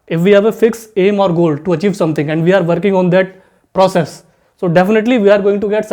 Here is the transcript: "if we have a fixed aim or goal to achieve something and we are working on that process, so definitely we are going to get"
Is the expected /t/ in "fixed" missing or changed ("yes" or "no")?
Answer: yes